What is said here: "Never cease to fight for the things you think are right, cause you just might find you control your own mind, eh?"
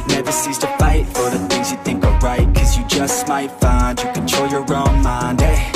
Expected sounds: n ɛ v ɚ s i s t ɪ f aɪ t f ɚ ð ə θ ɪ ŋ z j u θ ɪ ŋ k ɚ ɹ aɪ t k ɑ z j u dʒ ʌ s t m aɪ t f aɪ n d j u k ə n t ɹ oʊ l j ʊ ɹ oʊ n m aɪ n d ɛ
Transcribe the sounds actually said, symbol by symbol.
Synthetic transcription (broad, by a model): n ɛ v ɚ s i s t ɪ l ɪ t f ɚ ð ə θ ɪ ŋ z j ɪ θ ɪ ŋ k ɚ ɹ aɪ t k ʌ z j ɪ dʒ ʌ s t m aɪ t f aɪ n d j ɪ k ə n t oʊ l j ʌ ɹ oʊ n m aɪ n d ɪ